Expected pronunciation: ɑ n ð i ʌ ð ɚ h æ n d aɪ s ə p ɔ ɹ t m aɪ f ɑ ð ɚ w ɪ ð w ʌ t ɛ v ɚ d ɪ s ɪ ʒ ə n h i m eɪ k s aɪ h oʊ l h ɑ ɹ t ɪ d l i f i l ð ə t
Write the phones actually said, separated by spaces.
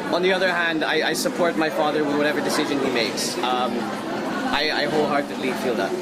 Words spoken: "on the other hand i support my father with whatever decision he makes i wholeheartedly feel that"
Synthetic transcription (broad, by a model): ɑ n ð i ʌ ð ɚ h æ n d aɪ s ə p ɔ ɹ t m aɪ f ɑ ð ɚ w ɪ ð w ʌ t ɛ v ɚ d ɪ s ɪ ʒ ə n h i m eɪ k s aɪ h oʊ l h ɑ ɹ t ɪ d l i f i l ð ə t